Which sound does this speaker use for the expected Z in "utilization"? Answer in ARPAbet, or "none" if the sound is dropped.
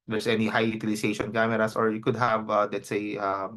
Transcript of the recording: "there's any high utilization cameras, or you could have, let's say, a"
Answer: S